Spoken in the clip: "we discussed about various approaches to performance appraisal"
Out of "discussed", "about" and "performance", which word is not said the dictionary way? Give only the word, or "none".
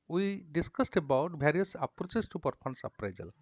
performance